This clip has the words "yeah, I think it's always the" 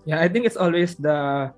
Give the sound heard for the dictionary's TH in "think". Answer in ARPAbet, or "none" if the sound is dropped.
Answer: T